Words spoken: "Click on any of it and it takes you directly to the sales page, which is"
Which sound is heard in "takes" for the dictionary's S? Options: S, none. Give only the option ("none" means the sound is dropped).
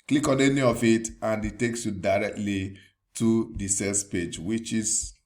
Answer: S